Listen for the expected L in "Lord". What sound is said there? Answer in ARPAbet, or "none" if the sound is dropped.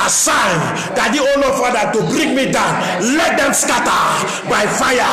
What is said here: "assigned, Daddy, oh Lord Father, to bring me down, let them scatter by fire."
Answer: N